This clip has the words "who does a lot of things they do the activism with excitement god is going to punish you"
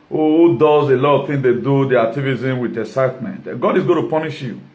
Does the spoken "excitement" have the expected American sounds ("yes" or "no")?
no